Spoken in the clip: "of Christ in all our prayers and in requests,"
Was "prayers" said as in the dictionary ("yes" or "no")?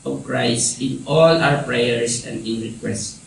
no